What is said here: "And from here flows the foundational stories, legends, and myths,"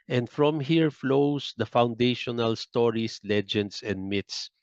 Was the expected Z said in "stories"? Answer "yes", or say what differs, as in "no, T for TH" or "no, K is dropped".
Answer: no, S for Z